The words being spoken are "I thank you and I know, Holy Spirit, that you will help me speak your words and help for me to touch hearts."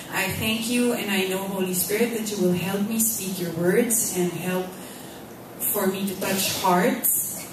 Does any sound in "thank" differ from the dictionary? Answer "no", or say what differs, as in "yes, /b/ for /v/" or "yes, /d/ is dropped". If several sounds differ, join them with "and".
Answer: no